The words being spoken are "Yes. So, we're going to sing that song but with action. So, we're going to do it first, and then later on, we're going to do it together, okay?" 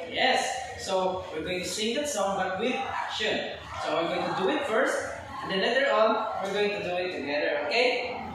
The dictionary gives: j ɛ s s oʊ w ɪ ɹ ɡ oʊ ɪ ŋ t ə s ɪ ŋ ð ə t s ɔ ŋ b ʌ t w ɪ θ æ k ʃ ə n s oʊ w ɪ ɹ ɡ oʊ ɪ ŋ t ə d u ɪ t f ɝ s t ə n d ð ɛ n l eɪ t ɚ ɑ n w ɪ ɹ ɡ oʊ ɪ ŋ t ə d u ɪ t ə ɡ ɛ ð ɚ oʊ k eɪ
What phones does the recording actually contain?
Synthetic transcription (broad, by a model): j ɛ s s oʊ w ɪ ɹ ɡ oʊ ɪ ŋ t ə s ɪ ŋ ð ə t s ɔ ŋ b ʌ t w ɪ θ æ k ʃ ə n s oʊ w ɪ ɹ ɡ oʊ ɪ ŋ t ə d u ɪ t f ɝ s t ə n d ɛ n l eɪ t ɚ ɑ n w ɪ ɹ ɡ oʊ ɪ ŋ t ə d u ɪ t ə ɡ ɛ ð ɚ oʊ k eɪ